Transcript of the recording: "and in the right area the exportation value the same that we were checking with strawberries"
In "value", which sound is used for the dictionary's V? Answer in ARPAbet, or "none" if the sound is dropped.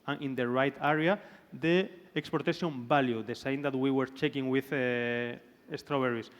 B